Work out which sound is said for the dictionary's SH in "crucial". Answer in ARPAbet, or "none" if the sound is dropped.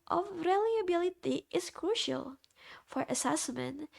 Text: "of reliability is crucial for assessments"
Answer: SH